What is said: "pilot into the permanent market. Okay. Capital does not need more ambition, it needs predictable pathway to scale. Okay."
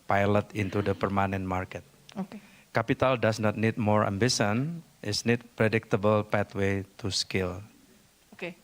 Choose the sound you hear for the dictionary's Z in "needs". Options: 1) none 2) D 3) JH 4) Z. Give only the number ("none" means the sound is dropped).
1